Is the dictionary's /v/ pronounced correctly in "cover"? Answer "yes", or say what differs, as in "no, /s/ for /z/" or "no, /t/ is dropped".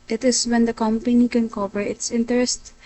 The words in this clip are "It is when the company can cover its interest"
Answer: no, /p/ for /v/